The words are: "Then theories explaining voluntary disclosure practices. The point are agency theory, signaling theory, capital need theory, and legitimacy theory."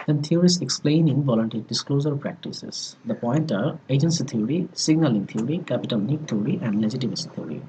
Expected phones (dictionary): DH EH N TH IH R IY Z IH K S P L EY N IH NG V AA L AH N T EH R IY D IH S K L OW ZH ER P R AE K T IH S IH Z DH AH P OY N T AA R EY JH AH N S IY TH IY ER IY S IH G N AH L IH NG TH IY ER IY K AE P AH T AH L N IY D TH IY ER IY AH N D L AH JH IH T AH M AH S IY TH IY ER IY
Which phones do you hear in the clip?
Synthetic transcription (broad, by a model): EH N T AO R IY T IH K S P L EY N IH NG V AA L AH N T EH R IY D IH S K L OW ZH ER P R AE K T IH S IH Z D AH P OY N T AA R EY JH AH N S IY T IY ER IY S IH G N AH L IH NG T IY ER IY K AE P AH T AH L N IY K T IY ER IY AH N D L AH JH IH T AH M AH S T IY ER IY